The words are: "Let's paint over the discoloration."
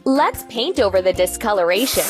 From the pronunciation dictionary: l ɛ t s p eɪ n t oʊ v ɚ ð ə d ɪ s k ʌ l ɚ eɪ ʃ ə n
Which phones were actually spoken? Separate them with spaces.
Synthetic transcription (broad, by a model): l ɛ t s p eɪ n t oʊ v ɚ ð ə d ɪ s k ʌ l ɚ eɪ ʃ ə n